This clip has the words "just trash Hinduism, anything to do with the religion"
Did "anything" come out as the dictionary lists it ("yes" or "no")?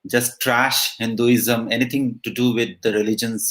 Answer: no